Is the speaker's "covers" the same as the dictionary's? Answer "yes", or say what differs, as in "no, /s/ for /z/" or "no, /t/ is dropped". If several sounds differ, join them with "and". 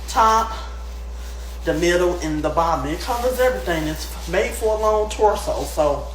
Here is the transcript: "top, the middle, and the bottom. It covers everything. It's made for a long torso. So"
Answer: yes